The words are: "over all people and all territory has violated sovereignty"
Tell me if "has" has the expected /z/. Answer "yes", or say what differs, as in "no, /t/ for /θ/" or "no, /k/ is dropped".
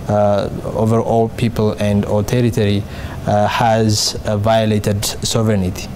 yes